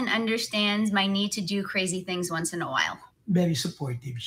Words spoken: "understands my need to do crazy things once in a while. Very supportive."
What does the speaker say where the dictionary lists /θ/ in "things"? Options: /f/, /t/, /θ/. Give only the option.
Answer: /θ/